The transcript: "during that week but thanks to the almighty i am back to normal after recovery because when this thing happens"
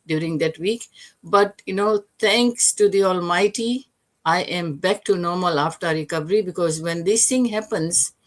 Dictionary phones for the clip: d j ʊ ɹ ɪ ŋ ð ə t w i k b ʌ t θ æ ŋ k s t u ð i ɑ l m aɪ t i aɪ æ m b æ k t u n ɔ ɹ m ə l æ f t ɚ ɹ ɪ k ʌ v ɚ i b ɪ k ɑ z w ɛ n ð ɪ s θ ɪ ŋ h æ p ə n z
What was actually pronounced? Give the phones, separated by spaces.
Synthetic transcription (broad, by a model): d j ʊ ɹ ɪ ŋ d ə t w i k b ʌ t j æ ŋ k s t u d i ɑ l m aɪ t i aɪ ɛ m b æ k t u n ɔ ɹ m ə l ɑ f t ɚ ɹ ɪ k ʌ v ɚ i b ɪ k ɑ z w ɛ n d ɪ s t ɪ ŋ h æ p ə n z